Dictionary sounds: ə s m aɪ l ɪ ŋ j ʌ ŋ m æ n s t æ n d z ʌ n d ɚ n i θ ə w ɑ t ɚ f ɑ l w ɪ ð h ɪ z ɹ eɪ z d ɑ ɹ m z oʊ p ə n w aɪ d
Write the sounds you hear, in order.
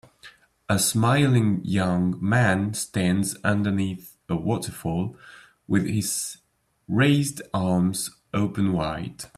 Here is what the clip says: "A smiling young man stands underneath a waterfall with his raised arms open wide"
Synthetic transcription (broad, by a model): ə s m aɪ l ɪ ŋ j ʌ ŋ m æ n s t æ n d z ʌ n d ɚ n i θ ə w ɑ t ɚ f ɑ l w ɪ ð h ɪ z ɹ eɪ z d ɑ ɹ m z oʊ p ə n w aɪ d